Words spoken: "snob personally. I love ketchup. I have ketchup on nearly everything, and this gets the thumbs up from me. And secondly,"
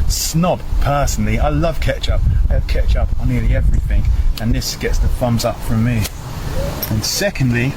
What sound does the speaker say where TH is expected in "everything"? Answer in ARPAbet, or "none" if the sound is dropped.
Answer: TH